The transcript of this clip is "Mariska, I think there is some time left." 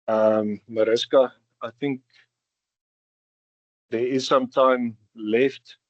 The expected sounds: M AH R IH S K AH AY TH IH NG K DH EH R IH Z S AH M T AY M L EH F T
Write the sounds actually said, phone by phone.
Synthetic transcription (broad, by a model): M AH R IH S K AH AY TH IH NG K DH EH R IH Z S AH M T AY M L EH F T